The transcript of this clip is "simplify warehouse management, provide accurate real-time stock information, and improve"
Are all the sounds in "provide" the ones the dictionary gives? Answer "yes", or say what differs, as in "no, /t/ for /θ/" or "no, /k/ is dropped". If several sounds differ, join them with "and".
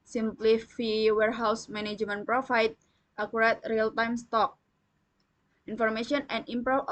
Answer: no, /f/ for /v/